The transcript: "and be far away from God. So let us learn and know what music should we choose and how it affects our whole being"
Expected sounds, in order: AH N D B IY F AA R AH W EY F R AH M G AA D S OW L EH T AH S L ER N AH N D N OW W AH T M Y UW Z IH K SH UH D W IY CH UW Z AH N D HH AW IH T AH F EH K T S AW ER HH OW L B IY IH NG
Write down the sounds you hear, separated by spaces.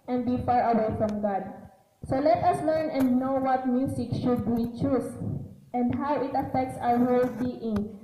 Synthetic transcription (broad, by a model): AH N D B IY F AA R AH W EY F R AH M G AA D S OW L EH T AH S L ER N AH N D N OW W AH T M Y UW S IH K SH UH D W IY CH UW S AH N D HH AW IH T AH F EH K T S AW ER HH OW L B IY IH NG